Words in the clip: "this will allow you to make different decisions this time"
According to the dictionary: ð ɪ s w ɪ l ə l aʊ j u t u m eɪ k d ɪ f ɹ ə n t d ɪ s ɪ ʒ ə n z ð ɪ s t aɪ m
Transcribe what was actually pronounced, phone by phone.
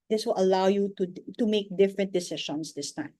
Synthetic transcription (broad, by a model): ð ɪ s w ɪ l ə l aʊ j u t u m eɪ k d ɪ f ɹ ə n t d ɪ s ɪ ʃ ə n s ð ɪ s t aɪ m